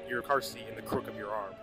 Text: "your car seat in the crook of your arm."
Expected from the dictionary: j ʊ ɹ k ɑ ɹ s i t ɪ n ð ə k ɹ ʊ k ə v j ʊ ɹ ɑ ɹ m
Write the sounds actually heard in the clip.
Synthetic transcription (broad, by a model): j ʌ ɹ k ɑ ɹ s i ɪ n ð ə k ɹ ʊ k ə v j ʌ ɹ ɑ ɹ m